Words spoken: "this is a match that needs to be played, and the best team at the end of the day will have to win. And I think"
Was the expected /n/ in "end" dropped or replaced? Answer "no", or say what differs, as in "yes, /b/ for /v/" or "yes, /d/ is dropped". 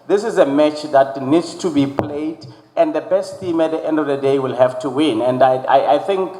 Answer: no